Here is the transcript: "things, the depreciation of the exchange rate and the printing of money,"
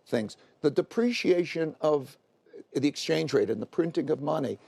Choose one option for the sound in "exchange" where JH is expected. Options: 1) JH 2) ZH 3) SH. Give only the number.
1